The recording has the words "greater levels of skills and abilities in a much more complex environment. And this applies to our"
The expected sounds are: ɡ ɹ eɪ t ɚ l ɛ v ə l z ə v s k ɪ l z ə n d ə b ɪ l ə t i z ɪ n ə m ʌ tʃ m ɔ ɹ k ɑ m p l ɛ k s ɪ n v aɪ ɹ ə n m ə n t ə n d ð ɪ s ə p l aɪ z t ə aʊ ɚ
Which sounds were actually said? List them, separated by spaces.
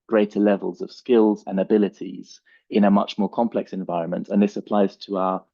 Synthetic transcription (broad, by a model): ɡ ɹ eɪ t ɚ l ɛ v ə l z ə v s k ɪ l z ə n ə b ɪ l ə t i z ɪ n ə m ʌ tʃ m ɔ k ɑ m p l ɛ k s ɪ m v aɪ ɹ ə n m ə n t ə n ð ɪ s ə p l aɪ z t ə aʊ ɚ